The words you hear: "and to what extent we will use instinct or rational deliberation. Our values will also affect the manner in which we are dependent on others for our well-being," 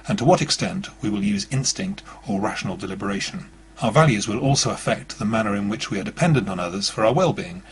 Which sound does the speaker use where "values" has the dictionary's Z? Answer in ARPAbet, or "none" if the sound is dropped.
Z